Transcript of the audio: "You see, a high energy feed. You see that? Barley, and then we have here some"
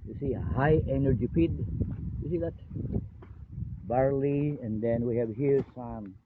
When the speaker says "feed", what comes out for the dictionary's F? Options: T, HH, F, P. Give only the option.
P